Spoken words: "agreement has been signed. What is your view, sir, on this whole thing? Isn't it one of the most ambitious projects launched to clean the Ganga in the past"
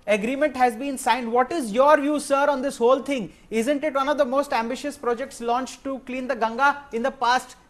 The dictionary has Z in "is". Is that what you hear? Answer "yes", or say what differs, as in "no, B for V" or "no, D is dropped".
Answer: yes